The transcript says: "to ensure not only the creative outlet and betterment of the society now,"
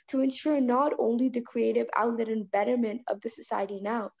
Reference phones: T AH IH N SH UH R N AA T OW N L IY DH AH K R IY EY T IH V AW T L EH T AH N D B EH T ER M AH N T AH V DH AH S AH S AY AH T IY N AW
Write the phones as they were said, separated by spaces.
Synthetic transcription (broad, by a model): T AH IH N SH UH R N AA T OW N L IY DH AH K R IY EY T IH V AW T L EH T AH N B EH T ER M AH N T AH V DH AH S AH S AY AH T IY N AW